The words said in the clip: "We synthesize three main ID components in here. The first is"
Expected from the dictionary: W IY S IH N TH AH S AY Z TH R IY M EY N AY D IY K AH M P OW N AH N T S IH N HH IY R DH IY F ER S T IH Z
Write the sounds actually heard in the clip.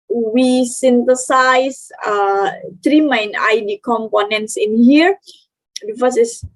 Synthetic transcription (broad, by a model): W IY S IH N T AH S AY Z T R IY M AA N AY D IY K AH M P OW N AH N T S IH N HH IY R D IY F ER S IH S